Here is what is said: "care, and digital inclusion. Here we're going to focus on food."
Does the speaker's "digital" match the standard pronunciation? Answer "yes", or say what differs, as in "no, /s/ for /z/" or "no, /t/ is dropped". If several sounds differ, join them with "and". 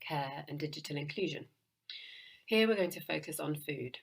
yes